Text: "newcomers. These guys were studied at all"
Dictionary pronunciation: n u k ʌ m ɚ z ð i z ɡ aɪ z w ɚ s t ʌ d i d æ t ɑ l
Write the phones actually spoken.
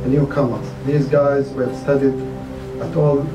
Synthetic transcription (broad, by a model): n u k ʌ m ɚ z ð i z ɡ aɪ z w ɚ s t ʌ d i d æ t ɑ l